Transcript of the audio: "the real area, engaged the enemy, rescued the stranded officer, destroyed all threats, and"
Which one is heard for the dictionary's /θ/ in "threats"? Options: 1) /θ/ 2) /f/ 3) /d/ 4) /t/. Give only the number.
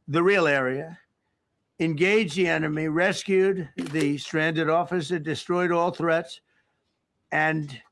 1